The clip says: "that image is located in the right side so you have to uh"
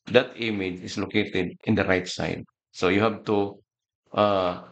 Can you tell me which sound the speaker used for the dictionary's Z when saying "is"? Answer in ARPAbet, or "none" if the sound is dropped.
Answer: S